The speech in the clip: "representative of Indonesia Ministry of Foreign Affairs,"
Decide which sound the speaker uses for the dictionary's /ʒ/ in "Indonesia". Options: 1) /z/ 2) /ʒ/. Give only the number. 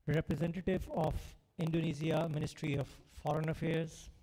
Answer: 1